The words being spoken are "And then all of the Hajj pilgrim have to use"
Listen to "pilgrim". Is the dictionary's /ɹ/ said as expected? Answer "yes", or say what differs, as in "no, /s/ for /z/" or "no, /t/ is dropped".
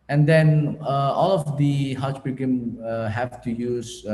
no, /ɹ/ is dropped